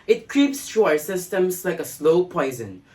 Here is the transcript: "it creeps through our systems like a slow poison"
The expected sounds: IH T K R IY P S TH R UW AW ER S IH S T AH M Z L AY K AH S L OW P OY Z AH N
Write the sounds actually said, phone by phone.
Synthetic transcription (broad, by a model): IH T K R IY P S T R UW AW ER S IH S T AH M S L AY K AH S L OW P OY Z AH N